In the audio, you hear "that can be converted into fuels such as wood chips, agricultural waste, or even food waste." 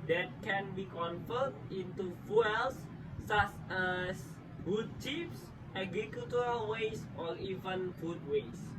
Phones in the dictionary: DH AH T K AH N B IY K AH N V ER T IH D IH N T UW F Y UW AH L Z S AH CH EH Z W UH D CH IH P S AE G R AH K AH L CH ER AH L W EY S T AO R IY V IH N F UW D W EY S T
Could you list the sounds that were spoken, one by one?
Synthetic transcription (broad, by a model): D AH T K AH N B IY K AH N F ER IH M IH N T UW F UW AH L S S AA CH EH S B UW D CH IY F S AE G R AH K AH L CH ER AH L W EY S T AO R IY V IH N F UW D W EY S